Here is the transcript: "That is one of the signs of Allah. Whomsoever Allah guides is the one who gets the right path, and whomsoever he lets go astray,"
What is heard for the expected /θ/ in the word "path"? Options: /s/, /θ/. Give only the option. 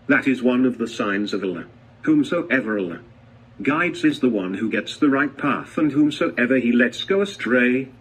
/θ/